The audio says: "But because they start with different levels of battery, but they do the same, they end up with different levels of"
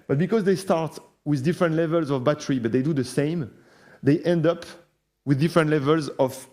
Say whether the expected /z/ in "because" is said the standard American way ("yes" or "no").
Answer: yes